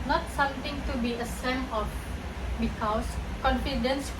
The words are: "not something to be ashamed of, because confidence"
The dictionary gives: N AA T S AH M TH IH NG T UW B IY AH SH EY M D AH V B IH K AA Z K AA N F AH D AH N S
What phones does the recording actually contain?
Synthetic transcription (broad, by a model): N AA T S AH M T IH NG T UW B IY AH S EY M AH F B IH K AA S K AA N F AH D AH N S